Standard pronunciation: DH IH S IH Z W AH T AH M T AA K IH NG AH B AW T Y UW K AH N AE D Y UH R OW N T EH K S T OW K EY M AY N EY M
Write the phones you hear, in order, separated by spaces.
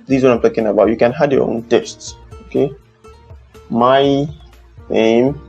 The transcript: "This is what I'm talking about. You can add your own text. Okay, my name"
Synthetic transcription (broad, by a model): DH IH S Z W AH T AH M T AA K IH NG AH B AW T Y UW K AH N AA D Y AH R OW N T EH S T OW K EY M AY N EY M